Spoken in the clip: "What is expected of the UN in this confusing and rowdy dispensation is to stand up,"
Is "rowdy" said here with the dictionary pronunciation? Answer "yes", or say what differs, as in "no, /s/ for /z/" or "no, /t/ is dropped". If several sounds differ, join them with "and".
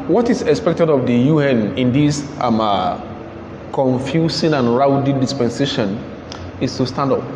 yes